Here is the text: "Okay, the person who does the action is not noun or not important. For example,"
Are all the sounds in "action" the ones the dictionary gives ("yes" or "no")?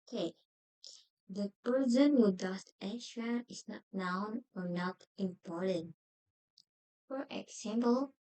no